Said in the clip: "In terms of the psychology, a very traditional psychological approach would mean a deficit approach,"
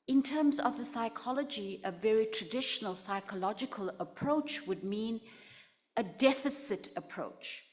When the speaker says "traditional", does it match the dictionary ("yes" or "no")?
yes